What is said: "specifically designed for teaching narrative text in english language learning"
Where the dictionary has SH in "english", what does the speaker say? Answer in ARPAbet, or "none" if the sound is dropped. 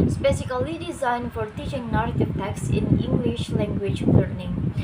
SH